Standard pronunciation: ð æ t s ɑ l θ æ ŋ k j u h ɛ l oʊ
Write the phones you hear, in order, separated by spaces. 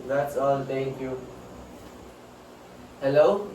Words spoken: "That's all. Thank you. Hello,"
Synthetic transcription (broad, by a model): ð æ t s ɑ l t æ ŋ k j u h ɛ l oʊ